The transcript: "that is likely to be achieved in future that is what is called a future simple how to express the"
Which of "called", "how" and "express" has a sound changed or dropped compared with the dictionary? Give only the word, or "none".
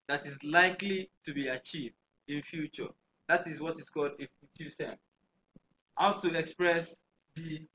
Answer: none